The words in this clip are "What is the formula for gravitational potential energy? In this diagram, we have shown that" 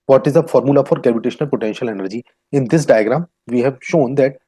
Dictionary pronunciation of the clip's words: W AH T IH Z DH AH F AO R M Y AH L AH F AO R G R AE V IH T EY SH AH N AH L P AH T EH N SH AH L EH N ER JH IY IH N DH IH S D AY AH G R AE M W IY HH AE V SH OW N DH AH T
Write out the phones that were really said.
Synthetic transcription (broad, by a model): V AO T IH Z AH F AO R M Y AH L AH F AO R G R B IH T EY SH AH N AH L P AH T EH N SH AH L EH N ER JH IY IH N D IH S D AY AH G R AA M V IY HH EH V SH OW N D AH T